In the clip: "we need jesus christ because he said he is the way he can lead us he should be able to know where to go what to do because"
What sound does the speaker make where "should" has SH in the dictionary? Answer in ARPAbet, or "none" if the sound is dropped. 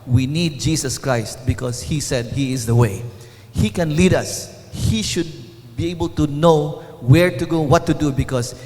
SH